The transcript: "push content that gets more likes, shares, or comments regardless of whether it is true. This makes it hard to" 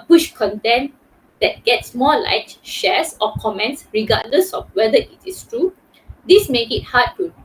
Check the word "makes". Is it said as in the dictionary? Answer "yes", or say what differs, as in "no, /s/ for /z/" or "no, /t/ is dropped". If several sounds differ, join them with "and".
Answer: no, /s/ is dropped